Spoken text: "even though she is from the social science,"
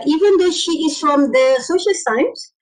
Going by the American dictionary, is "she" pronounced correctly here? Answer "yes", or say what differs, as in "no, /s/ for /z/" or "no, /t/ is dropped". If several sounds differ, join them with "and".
yes